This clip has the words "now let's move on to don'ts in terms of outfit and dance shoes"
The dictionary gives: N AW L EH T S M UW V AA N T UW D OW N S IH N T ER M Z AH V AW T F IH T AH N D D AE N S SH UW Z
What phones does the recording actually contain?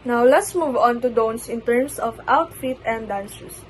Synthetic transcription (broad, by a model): N AW L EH T S M UW V AA N T UW D OW N S IH N T ER M S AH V AW T F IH T AH N D D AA N S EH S